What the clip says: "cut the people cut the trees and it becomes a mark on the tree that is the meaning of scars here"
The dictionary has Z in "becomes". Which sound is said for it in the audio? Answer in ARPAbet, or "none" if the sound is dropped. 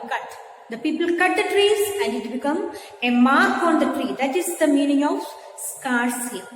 none